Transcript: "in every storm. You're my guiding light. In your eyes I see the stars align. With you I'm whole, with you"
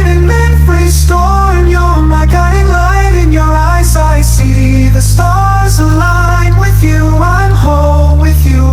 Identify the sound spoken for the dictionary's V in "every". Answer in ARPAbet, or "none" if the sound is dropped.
F